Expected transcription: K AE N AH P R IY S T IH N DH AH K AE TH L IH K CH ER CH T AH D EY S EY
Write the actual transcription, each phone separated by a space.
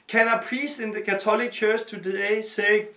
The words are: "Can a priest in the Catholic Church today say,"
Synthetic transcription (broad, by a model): K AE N AH P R IY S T IH N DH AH K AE S L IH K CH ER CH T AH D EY S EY